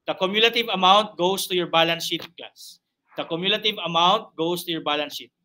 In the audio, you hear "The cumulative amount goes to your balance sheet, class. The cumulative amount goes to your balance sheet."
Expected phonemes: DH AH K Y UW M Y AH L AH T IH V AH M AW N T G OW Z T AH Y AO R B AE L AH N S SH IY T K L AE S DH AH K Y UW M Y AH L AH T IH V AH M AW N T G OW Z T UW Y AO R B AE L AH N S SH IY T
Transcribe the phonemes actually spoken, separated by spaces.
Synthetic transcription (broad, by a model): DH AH K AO M Y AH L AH T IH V AH M AW N T G OW S T AH Y AO R B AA L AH N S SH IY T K AA S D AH K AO M Y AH L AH T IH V AH M AW N T G OW S T UW Y AO R B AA L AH N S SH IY T